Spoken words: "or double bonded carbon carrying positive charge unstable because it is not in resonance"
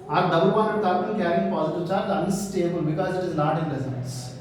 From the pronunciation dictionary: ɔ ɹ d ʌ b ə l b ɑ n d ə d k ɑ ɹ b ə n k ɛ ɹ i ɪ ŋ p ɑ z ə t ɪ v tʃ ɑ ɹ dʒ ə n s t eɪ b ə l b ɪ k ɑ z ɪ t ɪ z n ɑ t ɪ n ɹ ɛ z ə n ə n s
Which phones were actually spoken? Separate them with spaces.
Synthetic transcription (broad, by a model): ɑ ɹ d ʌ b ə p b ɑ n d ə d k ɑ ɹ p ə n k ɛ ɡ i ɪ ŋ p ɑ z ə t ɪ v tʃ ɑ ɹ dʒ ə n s t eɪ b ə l b ɪ k ɑ z ɪ t ɪ z l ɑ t ɪ n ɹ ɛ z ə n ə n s